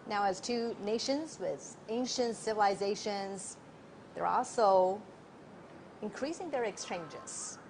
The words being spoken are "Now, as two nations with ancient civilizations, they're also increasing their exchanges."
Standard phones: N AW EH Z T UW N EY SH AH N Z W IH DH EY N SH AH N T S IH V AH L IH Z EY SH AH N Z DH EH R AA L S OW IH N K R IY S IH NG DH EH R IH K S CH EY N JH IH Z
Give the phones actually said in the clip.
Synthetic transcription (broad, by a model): N AW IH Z T UW N EY SH AH N Z W IH DH EY N SH AH N T S IH V AH L IH Z EY SH AH N Z DH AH R AA L S OW IH N K R IY S IH NG DH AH R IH K S CH EY N JH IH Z